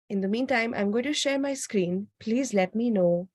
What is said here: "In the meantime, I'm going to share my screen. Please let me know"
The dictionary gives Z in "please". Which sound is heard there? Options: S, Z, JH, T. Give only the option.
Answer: Z